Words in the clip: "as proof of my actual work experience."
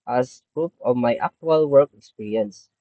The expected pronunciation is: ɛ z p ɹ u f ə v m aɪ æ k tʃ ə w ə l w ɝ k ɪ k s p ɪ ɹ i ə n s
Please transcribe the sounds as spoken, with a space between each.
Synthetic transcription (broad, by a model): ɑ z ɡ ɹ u p ə v m aɪ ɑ k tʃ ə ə l w ɝ k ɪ k s p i ɹ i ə n s